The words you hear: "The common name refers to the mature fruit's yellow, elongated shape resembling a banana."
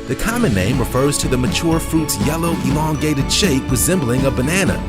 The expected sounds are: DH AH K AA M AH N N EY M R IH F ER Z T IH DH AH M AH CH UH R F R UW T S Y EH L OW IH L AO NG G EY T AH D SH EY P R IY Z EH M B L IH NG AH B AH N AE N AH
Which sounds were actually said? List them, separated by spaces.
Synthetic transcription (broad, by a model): DH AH K AA M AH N N EY M R IH F ER Z T IH DH AH M AH CH UH R F R UW T S Y EH L OW IH L AO NG G EY T AH D SH EY P R IY Z EH M B L IH NG AH B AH N AE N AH